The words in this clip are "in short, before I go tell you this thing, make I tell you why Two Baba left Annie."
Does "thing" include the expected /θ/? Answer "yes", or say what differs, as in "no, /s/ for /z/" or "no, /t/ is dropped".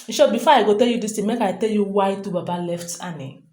no, /t/ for /θ/